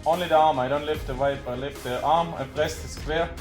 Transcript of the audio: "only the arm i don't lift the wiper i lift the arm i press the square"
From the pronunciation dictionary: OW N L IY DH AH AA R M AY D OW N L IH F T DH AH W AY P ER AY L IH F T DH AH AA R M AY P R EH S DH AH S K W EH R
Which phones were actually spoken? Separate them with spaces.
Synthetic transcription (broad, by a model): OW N L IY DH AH AA R M AY D OW N L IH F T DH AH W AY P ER AY L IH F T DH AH AA R M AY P L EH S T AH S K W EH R